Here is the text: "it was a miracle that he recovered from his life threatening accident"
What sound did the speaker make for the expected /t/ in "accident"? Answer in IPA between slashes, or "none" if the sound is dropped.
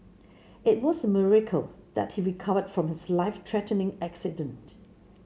/t/